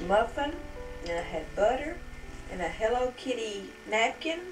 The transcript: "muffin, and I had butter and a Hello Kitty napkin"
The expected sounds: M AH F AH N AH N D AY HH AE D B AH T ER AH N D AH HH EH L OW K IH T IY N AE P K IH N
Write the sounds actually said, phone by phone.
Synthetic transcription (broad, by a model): M AH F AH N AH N AY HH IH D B AH T ER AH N AH HH EH L OW K IH T IY N AE P K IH N